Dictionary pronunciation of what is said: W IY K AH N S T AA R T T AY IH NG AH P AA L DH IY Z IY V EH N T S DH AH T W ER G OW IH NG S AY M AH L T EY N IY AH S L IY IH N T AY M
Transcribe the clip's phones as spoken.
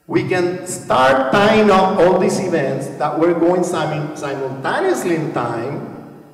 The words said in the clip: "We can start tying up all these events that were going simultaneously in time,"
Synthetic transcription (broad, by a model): W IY K AH N S T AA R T T AY IH NG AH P AA L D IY S IY V EH N T S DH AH T W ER G OW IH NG S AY M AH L T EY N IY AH S L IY IH N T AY M